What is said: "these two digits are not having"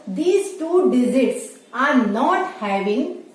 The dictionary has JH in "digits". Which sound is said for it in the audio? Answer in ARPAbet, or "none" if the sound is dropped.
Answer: Z